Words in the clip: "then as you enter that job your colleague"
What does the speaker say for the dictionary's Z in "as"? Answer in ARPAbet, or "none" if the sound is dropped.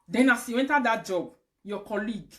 S